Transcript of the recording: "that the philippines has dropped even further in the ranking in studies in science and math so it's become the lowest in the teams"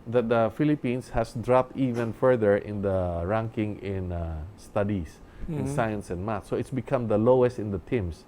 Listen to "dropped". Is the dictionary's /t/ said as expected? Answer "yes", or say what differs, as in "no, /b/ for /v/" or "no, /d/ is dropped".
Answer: yes